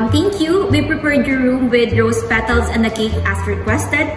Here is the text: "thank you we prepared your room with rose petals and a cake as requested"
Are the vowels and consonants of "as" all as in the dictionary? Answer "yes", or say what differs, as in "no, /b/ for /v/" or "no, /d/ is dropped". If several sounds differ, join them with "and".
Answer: no, /s/ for /z/